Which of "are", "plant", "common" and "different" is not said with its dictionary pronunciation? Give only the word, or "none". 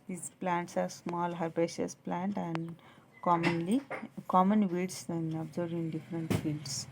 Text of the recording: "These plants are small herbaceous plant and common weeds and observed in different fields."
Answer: none